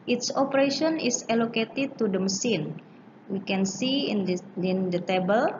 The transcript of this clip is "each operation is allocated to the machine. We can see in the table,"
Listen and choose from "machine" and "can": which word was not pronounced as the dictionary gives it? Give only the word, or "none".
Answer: machine